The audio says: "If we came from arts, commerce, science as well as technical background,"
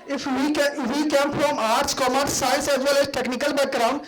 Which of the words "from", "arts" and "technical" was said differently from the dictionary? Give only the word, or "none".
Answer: from